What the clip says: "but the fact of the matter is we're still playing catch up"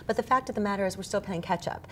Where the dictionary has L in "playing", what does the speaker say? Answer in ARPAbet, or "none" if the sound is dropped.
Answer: none